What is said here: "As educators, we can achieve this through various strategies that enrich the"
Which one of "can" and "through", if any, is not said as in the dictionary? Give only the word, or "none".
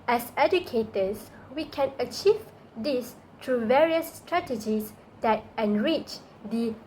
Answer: through